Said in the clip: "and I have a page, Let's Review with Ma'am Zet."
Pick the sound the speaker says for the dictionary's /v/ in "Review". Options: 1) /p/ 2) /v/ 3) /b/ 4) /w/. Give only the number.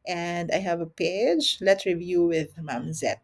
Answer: 2